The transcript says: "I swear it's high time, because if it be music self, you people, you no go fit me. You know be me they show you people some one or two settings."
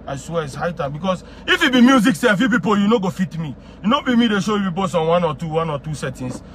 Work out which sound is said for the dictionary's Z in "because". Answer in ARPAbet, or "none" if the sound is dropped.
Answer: S